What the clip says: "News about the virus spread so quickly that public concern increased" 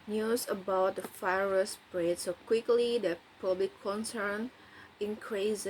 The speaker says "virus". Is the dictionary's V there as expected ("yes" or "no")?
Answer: no